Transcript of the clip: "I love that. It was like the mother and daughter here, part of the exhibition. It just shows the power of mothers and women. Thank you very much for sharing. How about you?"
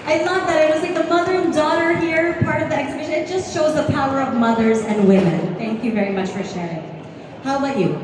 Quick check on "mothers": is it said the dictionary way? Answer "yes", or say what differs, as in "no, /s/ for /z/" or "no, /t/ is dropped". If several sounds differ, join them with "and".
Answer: yes